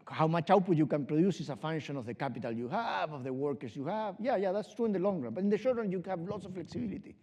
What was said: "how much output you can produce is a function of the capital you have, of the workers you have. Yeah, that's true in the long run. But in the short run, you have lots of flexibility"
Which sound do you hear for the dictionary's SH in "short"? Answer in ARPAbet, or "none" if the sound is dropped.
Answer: SH